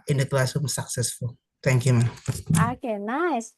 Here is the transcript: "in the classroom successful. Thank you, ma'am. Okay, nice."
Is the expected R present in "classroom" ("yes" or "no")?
no